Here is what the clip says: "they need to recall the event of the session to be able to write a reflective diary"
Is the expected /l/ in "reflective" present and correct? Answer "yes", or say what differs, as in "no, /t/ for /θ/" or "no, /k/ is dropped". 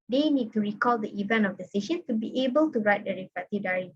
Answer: no, /l/ is dropped